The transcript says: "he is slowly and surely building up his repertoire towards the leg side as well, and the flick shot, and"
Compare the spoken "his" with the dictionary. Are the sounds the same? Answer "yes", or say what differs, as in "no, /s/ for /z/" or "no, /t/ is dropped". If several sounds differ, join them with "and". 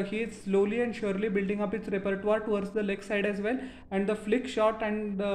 no, /s/ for /z/